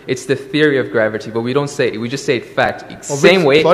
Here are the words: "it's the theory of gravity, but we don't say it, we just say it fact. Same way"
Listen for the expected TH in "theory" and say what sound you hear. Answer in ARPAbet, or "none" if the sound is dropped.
TH